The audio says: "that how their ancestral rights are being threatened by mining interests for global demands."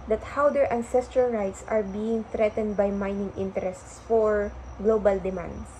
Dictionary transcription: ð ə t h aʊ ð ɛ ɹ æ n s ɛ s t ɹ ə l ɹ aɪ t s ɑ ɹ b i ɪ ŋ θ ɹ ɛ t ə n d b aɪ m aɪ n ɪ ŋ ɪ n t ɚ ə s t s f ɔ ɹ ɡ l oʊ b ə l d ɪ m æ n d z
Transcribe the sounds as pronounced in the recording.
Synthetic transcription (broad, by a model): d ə t h aʊ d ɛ ɹ æ n s ɛ s t ɹ ə l ɹ aɪ t s ɑ ɹ b i ɪ ŋ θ ɹ ɛ t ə n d b aɪ m aɪ n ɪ ŋ ɪ n t ɚ ə s t s f ɔ ɹ ɡ l oʊ b ə l d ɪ m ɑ n d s